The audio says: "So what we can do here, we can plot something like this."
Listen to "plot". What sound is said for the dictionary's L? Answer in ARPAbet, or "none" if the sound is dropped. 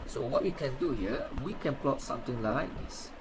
L